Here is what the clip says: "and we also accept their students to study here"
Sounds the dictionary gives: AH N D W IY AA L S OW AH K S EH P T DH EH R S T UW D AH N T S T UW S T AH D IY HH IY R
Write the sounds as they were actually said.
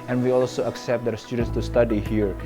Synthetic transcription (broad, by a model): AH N W IY AA L S OW AH K S EH P T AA W S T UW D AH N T S T UW S T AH D IY HH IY R